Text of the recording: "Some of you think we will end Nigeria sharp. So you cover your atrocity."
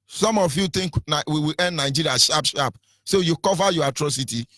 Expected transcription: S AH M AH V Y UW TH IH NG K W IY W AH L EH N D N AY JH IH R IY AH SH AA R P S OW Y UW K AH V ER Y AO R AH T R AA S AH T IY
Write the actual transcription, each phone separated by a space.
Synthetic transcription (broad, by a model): S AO M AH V Y UW T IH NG K W IY W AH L EH N D N AY JH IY R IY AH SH AA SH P S OW Y UW K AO V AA Y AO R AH T R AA S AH T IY